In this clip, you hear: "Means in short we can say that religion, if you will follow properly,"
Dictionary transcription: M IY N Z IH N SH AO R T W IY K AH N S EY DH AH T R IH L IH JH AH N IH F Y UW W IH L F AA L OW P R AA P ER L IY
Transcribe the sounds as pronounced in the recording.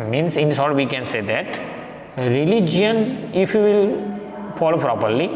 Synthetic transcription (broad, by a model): M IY N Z IH N S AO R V IY K AH N S EY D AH T R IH L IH JH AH N IH F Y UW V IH L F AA L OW P R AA P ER L IY